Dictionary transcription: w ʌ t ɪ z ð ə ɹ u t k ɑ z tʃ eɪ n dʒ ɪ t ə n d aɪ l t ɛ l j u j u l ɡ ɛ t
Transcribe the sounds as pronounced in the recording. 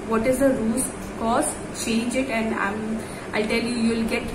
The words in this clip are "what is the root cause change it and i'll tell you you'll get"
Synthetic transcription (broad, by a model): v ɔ t ɪ z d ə ɹ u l k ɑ s tʃ eɪ n dʒ ɪ t ə n d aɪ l t ɛ l j u j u l ɡ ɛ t